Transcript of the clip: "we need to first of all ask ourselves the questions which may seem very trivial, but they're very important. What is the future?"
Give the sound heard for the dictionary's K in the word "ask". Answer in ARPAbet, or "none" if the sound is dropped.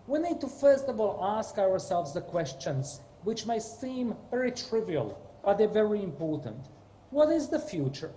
K